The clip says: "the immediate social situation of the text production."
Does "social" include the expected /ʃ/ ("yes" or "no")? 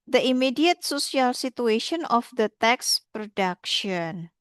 no